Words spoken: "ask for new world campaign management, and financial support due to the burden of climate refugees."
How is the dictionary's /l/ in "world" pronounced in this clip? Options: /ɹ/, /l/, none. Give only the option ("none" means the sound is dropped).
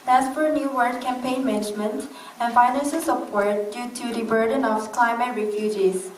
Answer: none